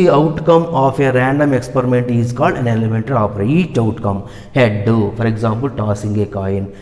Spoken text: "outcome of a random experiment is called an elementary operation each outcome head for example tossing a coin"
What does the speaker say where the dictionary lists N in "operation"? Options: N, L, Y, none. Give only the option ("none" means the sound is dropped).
none